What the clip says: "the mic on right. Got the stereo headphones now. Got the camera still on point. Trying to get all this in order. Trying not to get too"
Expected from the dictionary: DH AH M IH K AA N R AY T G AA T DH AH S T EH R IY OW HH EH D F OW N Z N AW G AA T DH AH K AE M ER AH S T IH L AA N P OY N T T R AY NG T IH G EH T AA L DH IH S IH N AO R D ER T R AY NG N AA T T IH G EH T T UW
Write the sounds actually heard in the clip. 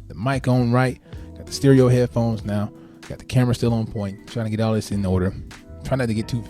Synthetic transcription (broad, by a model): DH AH M IH K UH N R AY T G AA T DH AH S T EH R IY OW HH EH D F OW N Z N AW G AA T DH AH K AE M ER AH S T IH L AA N P OY N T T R AY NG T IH G EH T AA L DH IH S IH N AO R D ER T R AY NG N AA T T IH G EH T T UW